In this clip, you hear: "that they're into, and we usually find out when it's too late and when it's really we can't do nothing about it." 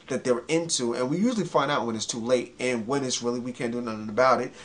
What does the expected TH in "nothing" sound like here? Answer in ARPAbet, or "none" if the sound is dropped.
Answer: TH